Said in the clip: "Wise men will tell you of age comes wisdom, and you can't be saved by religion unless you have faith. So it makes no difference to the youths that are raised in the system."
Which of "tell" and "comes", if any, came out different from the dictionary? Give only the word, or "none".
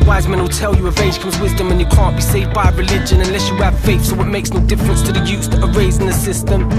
none